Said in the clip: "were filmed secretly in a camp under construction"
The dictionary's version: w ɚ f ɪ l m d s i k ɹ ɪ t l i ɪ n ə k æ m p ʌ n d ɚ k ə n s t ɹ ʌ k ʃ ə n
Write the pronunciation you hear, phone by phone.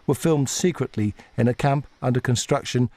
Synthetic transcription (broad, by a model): w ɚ f ɪ l m d s i k ɹ ɪ t l i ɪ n ə k æ m p ʌ n d ɚ k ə n s t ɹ ʌ k ʃ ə n